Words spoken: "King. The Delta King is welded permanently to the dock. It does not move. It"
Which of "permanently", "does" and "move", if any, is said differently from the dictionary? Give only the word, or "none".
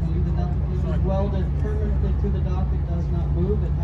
none